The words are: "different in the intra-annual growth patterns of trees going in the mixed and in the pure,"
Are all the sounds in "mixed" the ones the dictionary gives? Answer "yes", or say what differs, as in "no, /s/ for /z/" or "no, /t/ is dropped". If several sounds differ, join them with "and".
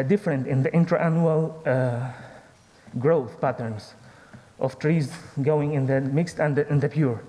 yes